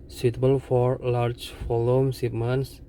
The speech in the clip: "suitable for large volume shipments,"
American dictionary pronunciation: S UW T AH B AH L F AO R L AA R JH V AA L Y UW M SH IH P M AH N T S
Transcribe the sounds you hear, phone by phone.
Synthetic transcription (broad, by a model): S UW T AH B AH L F AO R L AA R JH F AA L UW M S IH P M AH N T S